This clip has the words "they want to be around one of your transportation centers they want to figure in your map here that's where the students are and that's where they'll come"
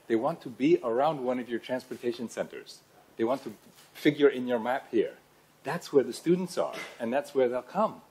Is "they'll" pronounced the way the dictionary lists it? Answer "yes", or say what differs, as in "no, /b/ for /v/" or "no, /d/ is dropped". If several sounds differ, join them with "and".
yes